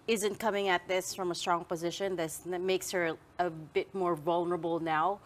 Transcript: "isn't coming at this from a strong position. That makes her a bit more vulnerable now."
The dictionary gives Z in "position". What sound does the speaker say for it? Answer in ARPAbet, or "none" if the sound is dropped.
Z